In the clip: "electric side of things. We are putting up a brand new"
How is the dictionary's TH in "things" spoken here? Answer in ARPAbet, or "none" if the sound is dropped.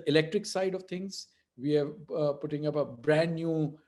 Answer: T